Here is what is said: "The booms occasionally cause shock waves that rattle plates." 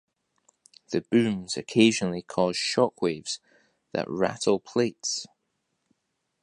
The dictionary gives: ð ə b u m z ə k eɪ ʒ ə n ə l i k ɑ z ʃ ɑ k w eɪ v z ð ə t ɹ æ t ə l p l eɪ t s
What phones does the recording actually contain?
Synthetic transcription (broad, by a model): ð ə b u m z ə k eɪ ʒ ə n ə l i k ɑ z ʃ ɑ k w eɪ v z ð ə t ɹ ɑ t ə l p l eɪ t s